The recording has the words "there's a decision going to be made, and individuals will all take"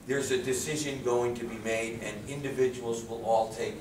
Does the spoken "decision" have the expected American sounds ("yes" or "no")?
yes